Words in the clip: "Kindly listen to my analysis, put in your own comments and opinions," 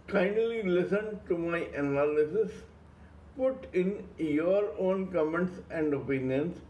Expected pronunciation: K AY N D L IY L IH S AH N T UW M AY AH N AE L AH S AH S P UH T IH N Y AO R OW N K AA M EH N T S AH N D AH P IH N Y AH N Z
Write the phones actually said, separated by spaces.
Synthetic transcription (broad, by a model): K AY N L IY L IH S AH N T UW M AY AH N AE L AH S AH S P UH T IH N Y AO R OW N K AA M EH N T S AH N D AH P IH N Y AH N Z